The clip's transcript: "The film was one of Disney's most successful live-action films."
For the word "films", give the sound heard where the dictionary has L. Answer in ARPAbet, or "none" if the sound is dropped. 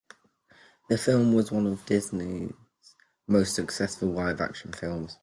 L